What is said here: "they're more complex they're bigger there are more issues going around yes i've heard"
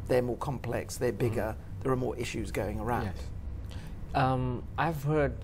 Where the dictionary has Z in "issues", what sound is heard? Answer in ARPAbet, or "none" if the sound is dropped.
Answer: Z